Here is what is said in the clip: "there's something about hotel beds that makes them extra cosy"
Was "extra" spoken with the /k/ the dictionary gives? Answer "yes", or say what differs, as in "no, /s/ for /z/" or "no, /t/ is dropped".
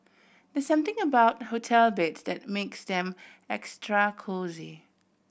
yes